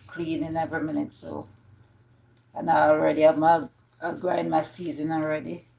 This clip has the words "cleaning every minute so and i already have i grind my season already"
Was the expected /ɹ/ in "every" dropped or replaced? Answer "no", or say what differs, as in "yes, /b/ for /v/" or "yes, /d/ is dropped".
no